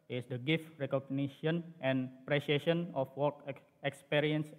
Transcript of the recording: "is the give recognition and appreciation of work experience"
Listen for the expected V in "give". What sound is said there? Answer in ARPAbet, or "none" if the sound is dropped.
F